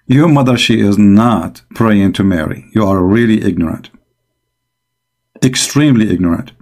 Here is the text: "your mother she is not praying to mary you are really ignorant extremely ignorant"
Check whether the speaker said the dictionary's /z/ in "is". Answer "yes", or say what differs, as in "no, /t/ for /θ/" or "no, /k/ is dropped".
yes